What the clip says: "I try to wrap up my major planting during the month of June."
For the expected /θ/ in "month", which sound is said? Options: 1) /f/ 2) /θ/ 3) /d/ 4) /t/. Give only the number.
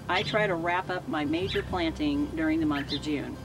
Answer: 2